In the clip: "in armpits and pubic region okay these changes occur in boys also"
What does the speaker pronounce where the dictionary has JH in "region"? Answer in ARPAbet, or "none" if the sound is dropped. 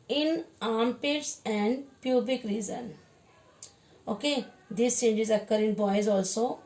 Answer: Z